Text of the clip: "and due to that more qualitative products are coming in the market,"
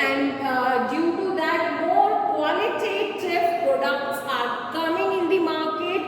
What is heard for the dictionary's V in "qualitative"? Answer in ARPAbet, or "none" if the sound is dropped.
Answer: F